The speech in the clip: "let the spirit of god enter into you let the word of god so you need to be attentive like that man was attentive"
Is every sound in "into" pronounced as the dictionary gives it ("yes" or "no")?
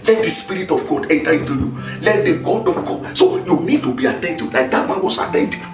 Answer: yes